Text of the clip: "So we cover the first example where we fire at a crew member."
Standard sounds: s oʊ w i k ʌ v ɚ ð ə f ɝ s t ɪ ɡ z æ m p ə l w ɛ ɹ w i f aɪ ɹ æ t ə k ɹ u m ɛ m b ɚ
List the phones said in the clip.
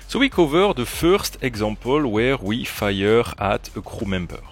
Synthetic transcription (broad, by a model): s oʊ w i k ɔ v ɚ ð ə f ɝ s t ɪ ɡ z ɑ m p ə l w ɛ ɹ w i f aɪ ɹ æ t ə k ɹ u m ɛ m b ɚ